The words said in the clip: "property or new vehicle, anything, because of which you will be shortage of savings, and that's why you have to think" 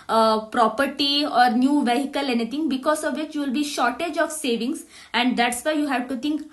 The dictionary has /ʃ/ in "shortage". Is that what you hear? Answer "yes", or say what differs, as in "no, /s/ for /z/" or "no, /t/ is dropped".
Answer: yes